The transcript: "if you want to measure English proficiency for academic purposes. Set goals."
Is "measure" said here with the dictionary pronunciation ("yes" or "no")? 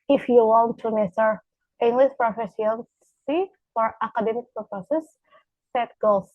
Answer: no